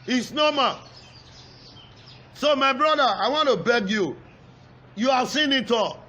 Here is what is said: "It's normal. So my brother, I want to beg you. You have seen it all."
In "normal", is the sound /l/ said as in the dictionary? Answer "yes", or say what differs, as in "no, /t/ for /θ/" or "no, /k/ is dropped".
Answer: no, /n/ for /l/